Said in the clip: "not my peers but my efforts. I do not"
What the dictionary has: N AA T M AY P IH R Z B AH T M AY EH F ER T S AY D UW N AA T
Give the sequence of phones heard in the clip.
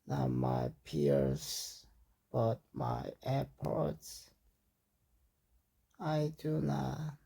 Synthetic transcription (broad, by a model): N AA M AY P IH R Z B AH T M AY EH P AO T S AY D UW N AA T